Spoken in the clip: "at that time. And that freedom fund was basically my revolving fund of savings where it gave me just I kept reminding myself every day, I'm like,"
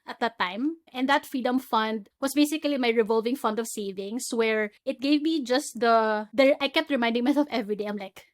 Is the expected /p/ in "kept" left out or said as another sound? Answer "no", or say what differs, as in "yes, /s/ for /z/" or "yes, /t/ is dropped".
no